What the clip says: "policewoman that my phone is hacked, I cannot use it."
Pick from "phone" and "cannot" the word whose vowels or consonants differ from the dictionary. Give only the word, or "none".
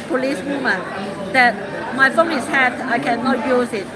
phone